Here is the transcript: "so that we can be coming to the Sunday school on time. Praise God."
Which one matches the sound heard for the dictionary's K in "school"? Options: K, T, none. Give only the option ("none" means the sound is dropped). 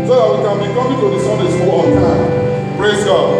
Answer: none